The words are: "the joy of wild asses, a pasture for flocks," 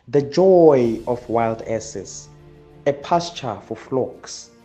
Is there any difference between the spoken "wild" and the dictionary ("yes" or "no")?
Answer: no